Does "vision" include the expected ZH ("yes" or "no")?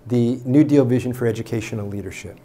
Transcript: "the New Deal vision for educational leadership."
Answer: yes